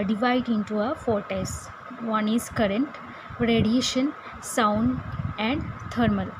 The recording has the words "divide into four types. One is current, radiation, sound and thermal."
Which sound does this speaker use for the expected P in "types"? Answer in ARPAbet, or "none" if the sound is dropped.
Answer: none